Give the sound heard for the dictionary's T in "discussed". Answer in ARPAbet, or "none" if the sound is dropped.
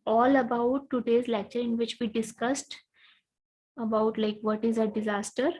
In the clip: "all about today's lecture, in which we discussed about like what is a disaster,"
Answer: T